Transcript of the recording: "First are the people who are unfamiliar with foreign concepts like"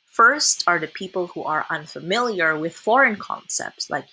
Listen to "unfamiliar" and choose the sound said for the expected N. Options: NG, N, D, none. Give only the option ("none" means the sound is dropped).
N